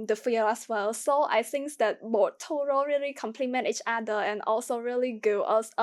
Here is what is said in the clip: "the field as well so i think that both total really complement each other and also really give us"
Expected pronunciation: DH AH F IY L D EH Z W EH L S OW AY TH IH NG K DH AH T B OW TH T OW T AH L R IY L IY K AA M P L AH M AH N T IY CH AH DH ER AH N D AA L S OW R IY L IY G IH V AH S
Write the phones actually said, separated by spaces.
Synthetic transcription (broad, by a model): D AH F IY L EH S W EH L S OW AY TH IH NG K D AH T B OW T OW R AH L R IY L IY K AA M P L AH M AH N T IY CH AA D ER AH N AA L S OW R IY L IY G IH AH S